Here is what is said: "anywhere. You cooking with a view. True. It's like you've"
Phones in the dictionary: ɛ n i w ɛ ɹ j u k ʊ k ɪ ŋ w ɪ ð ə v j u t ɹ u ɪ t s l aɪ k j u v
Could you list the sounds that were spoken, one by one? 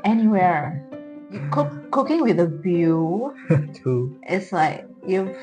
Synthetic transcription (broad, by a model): ɛ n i w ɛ ɹ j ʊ k ʊ k ɪ ŋ w ɪ ð ə b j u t u ɪ t s l aɪ k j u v